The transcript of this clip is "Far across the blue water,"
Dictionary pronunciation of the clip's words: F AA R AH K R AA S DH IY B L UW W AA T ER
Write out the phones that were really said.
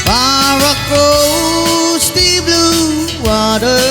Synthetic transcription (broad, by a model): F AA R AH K AO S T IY B L UW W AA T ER